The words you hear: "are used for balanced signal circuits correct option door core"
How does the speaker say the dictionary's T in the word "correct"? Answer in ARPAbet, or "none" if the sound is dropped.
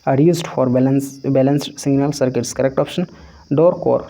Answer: T